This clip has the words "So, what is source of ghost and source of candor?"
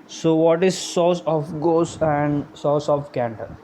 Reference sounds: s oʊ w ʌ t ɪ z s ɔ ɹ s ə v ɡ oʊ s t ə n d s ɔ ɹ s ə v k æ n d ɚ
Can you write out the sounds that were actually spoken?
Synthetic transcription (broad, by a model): s oʊ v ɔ t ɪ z s ɔ s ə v ɡ oʊ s ə n d s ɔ s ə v k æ n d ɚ